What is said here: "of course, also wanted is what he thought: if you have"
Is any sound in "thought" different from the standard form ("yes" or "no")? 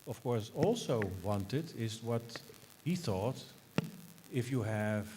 no